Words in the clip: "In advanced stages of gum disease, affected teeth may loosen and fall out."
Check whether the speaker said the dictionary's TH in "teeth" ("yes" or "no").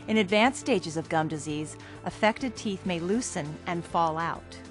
yes